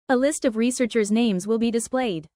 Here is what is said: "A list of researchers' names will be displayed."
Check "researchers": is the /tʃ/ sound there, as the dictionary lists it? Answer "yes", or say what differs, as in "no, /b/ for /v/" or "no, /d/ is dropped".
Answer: yes